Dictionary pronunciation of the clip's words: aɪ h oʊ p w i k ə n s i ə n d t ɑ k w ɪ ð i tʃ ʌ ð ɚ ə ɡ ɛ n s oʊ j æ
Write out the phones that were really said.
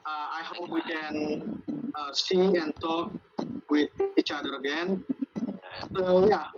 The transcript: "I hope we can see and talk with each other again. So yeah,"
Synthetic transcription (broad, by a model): aɪ h oʊ p w i k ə n s i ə n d t ɑ k w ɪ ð i tʃ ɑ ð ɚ ə ɡ ɛ n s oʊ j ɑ